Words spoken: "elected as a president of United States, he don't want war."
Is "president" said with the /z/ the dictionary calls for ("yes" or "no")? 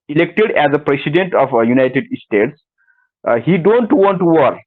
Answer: no